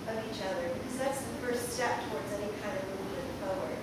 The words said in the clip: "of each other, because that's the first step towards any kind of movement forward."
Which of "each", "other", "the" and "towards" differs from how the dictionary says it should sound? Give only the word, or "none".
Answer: none